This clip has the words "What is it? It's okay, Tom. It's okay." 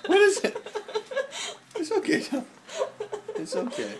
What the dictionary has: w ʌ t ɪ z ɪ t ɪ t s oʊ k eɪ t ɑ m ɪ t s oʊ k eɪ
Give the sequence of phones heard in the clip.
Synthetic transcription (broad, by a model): w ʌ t ɪ z ɪ t ɪ t s oʊ k eɪ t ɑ ɪ t s oʊ k eɪ